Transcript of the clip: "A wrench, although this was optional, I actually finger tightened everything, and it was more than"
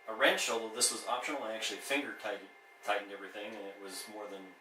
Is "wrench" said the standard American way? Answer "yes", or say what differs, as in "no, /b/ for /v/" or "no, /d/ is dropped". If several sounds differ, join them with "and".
no, /ʃ/ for /tʃ/